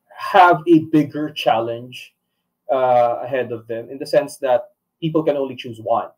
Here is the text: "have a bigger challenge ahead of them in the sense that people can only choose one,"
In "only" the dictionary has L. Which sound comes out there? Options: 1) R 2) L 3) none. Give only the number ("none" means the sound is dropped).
2